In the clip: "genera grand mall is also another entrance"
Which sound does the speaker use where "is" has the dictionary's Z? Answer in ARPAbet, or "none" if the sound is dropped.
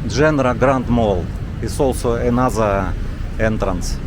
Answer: S